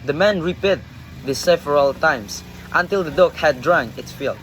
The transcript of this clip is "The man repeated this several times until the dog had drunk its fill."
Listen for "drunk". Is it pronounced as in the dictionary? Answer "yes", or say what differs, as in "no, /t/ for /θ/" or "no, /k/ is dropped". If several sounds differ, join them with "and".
no, /k/ is dropped